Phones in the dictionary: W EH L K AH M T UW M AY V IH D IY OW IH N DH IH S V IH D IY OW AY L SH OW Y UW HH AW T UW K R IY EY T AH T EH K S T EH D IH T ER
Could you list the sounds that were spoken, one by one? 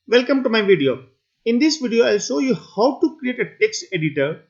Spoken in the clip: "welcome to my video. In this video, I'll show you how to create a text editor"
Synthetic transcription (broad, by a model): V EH L K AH M T UW M AY V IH D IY OW IH N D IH S V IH D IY OW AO L S OW Y UW HH AW T UW K R IY EY T AH T EH K S T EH D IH T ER